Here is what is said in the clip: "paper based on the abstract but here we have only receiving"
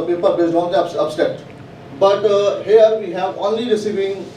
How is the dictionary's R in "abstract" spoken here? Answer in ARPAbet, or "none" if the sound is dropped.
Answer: none